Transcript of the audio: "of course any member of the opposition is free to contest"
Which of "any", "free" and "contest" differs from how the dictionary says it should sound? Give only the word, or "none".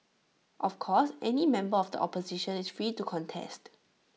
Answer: none